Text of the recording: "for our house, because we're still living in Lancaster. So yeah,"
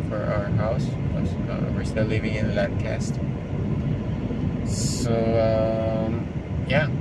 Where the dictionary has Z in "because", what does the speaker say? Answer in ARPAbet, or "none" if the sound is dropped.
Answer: none